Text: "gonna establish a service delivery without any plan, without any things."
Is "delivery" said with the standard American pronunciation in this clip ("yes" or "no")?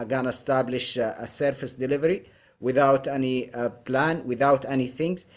yes